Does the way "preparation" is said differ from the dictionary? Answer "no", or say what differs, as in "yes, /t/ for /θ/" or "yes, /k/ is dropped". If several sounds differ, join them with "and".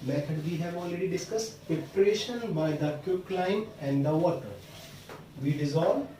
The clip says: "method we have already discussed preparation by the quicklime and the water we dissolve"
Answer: yes, /ɹ/ is dropped